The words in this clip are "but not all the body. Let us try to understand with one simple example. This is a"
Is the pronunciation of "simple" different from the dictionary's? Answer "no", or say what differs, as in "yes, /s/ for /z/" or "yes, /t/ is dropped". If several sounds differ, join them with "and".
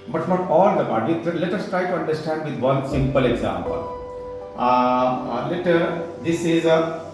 no